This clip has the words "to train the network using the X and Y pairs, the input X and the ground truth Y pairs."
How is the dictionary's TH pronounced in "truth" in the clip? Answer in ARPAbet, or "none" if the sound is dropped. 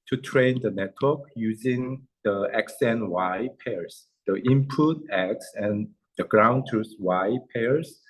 S